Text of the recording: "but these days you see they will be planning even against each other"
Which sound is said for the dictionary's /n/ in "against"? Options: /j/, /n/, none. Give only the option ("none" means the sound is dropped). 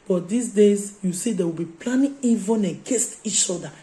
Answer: none